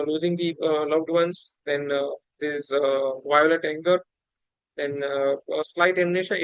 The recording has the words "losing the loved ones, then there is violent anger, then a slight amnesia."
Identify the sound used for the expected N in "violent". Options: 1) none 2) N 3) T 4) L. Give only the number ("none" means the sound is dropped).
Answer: 1